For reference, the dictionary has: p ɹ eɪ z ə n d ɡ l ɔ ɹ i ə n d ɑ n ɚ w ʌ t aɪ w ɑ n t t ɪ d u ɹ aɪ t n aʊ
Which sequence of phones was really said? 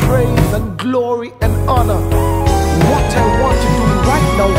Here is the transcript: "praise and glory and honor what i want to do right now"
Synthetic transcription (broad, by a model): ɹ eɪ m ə n ɡ l ɔ ɹ i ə n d ɑ n ɚ w ʌ t aɪ w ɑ n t t ɪ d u ɹ aɪ t n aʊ